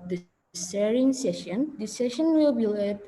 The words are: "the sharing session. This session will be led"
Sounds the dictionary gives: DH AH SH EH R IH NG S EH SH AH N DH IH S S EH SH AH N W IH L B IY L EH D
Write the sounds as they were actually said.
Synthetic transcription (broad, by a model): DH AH S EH R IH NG S EH SH AH N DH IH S S EH SH AH N W IH L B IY L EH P